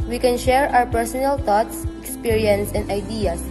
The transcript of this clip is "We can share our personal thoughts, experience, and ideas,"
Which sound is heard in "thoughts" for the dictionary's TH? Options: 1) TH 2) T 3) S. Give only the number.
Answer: 2